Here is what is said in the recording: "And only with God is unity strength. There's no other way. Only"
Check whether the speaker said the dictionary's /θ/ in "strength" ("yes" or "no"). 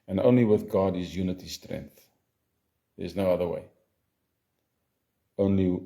yes